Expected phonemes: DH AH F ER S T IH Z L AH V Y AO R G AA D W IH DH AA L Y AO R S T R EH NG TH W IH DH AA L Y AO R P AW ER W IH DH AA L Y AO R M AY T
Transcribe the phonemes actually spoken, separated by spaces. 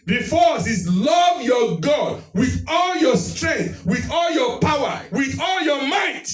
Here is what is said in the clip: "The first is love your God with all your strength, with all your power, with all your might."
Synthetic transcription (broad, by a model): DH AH F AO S IH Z L AH V Y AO G AA D W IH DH AA L Y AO S T R EH NG TH W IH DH AA L Y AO P AW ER W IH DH AA L Y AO M AY T